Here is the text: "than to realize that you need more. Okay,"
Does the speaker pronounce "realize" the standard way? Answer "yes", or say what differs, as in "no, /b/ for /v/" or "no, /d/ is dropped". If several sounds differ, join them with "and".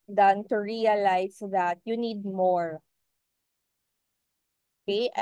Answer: no, /s/ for /z/